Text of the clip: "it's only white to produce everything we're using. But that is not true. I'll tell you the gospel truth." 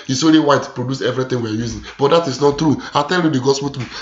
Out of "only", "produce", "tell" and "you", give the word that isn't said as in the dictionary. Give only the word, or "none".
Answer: only